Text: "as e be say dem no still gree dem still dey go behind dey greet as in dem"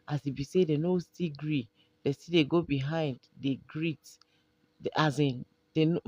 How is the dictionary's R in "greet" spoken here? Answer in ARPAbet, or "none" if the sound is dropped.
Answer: R